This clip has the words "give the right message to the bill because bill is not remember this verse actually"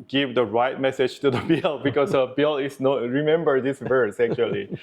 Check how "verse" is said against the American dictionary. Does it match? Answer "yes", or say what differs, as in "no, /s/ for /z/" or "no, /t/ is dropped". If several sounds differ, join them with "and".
yes